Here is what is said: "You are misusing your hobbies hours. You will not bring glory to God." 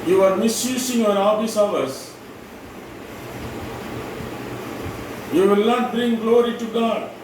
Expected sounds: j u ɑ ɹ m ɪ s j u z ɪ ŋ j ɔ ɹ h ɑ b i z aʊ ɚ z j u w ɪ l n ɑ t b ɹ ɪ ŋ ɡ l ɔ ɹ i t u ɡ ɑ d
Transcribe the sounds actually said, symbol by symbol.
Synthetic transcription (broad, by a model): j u ɑ ɹ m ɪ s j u s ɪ ŋ j ɔ ɹ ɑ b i s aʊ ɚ s j u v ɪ l n ɑ t b ɹ ɪ ŋ ɡ l ɔ ɹ i t u ɡ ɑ d